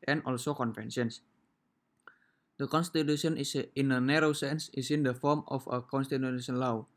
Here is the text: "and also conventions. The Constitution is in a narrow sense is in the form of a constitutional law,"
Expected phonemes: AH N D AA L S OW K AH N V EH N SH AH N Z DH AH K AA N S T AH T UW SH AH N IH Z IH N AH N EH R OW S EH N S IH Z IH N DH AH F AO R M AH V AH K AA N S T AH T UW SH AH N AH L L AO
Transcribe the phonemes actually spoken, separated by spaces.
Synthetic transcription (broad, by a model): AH N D AA L S OW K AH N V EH N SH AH N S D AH K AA N S T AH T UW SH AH N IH S IH N AH N EH R OW S EH N S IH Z IH N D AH F AO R M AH F AH K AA N S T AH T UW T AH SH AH N L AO